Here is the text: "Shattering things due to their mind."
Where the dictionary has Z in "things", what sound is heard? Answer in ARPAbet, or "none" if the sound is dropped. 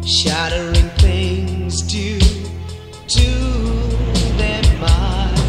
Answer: Z